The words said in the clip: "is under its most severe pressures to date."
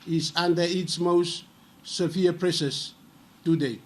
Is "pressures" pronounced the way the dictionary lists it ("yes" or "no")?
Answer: no